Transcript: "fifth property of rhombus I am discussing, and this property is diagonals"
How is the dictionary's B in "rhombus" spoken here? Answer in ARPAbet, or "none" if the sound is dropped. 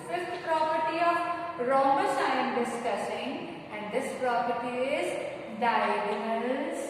none